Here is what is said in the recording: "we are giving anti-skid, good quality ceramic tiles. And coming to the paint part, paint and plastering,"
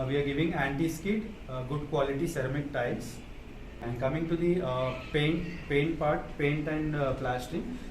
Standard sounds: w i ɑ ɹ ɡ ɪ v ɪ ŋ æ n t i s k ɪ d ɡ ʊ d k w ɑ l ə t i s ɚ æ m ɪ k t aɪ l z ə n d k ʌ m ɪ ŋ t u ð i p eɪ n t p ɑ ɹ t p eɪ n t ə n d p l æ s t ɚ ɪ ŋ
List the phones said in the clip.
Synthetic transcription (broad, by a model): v i ɑ ɹ ɡ ɪ v ɪ ŋ æ n t i s k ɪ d ɡ ʊ d k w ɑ l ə t i s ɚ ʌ m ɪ k t aɪ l s ə n d k ʌ m ɪ ŋ t u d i p eɪ n t p ɑ ɹ t p eɪ n t ə n d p l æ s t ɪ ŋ